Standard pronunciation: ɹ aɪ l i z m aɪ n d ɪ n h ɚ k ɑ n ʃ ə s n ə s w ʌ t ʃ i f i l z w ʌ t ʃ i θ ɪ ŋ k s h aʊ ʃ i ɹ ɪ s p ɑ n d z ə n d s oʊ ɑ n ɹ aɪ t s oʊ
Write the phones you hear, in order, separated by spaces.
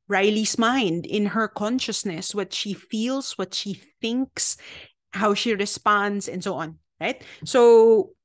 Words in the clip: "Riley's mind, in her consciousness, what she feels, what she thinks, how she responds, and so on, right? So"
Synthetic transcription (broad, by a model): ɹ aɪ l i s m aɪ n d ɪ n h ɚ k ɑ n ʃ ə s n ə s w ʌ t ʃ i f i l s w ʌ t ʃ i θ ɪ ŋ k s h aʊ ʃ i ɹ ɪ s p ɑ n d s ə n d s oʊ ɑ n ɹ aɪ t s oʊ